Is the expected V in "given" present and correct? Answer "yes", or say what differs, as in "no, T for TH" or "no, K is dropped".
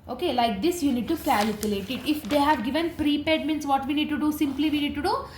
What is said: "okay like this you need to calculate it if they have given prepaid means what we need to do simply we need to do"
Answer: yes